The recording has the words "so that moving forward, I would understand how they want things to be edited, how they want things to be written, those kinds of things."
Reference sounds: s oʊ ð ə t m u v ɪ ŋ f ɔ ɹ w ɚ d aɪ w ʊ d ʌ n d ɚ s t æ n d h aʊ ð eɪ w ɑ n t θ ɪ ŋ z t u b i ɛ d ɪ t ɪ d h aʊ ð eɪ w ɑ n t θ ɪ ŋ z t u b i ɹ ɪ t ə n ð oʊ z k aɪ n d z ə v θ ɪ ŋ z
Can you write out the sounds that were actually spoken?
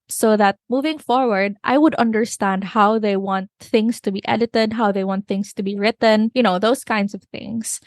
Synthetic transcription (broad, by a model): s oʊ ð ə t m u v ɪ ŋ f ɔ ɹ w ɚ d aɪ w ʊ d ʌ n d ɚ s t æ n d h aʊ ð eɪ w ɑ n t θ ɪ ŋ s t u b i ɛ d ɪ t ɪ d h aʊ ð eɪ w ɑ n t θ ɪ ŋ s t u b i ɹ ɪ t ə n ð oʊ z k aɪ n d s ə v θ ɪ ŋ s